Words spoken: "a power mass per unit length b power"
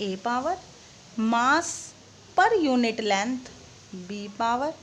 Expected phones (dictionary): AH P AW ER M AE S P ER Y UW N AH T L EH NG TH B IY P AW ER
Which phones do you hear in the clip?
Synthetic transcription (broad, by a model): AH P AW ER M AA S P ER Y UW N AH T L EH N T B IY P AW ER